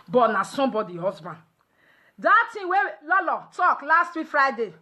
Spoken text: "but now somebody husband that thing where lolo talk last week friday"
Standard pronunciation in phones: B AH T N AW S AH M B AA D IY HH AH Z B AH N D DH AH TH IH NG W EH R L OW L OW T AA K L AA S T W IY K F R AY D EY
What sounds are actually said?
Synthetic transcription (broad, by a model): B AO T N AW S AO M B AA D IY HH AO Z B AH N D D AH T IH W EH L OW L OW T AA K L AA S T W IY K F R AY D EY